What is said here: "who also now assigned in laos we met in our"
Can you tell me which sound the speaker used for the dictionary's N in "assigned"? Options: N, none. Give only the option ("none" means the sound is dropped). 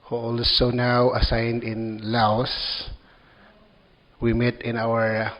N